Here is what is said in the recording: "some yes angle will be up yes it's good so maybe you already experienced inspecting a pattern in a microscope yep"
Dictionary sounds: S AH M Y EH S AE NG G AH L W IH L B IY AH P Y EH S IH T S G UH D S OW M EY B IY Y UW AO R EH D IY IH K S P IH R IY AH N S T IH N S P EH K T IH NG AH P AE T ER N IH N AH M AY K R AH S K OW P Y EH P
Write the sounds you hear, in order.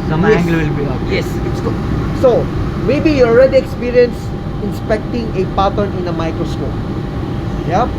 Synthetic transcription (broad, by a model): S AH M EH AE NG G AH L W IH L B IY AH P Y EH S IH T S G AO S OW M EY B IY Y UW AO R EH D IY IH K S P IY R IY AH N S IH N S P EH K T IH NG AH P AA T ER N IH N AH M AY K R AH S K OW P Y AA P